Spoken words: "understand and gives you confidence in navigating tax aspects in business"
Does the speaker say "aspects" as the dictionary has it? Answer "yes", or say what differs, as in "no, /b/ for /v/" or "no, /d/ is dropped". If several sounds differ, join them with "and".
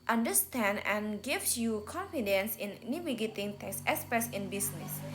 no, /k/ is dropped